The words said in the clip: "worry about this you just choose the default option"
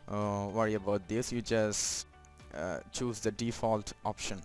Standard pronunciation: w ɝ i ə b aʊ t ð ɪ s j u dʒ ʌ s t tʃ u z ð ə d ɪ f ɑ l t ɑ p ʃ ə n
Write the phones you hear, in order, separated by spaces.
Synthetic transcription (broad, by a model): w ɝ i ə b aʊ t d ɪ s j u dʒ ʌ s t tʃ u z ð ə d ɪ f ɑ l t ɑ p ʃ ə n